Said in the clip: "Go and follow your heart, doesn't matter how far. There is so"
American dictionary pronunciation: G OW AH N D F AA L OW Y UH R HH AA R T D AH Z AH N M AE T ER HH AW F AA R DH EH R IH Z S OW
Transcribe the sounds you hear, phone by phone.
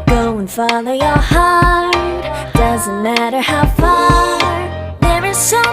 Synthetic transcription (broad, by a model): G OW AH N F AA L OW Y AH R HH AA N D D AH Z AH N M AE T ER HH AW F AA DH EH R IH Z S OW